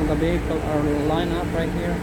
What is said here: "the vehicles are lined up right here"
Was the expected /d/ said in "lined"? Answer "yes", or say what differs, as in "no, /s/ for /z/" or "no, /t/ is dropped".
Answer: no, /d/ is dropped